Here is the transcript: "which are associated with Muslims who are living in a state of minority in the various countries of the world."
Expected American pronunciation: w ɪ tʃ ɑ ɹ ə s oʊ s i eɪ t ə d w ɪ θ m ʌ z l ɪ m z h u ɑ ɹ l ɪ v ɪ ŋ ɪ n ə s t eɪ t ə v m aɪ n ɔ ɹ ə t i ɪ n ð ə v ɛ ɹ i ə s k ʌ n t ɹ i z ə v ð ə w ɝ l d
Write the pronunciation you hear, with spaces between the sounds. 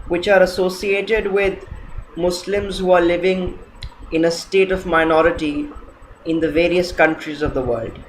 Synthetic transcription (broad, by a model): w ɪ tʃ ɑ ɹ ə s oʊ s i eɪ t ə d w ɪ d m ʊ s l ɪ m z h u ɑ ɹ l ɪ v ɪ ŋ ɪ n ə s t eɪ t ə v m aɪ n ɔ ɹ ə t i ɪ n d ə v ɛ ɹ i ə s k ʌ n t ɹ i z ə v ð ə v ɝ l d